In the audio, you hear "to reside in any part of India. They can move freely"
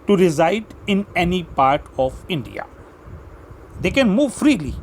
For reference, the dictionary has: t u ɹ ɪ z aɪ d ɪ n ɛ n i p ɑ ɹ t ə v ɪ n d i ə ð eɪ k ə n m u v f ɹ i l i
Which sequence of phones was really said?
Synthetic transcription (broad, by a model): t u ɹ ɪ z aɪ d ɪ n ɛ n i p ɑ ɹ t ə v ɪ n d i ə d eɪ k ə n m u v f ɹ i l i